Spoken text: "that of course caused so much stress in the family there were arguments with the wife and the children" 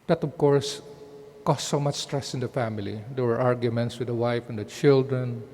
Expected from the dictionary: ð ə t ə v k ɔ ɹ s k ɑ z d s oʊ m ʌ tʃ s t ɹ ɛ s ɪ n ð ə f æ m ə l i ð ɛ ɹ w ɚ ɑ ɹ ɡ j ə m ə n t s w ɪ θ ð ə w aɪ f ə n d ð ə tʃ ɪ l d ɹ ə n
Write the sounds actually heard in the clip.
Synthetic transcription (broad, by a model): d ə t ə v k ɔ ɹ s k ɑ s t s oʊ m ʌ tʃ s t ɹ ɛ s ɪ n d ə f æ m ə l i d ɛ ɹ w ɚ ɑ ɹ ɡ j ə m ə n t s w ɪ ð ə w aɪ f ə n d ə tʃ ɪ l d ɹ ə n